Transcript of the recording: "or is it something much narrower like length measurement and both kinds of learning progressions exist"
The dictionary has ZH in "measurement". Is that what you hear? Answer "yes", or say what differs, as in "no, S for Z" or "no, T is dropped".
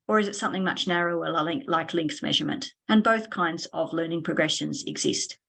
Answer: yes